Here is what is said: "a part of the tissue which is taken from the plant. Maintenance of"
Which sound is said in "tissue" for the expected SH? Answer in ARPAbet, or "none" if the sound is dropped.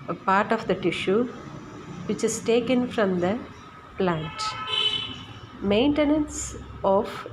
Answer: SH